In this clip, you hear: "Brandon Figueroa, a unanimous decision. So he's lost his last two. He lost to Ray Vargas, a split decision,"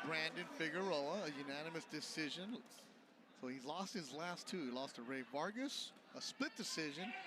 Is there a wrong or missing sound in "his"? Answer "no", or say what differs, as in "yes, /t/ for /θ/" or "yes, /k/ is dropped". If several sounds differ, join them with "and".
no